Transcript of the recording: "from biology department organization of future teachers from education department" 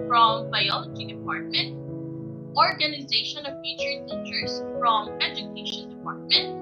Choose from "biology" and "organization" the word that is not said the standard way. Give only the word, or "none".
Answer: none